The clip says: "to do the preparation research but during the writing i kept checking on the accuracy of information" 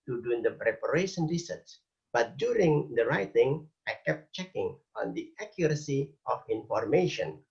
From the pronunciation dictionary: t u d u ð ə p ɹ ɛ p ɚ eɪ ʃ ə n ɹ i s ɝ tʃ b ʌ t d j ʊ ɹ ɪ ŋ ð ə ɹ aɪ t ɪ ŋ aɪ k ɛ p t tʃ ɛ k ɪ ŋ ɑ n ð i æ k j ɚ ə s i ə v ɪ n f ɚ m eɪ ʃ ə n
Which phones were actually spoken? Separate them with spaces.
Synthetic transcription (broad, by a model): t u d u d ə p ɹ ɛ p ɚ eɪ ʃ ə n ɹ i s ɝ s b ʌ t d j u ɹ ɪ ŋ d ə ɹ aɪ t ɪ ŋ aɪ k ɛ p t tʃ ɛ k ɪ ŋ ɑ n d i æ k j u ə s i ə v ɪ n f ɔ m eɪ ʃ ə n